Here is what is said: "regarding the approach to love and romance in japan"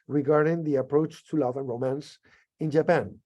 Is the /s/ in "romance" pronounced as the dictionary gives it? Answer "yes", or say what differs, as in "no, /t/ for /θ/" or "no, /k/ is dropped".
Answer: yes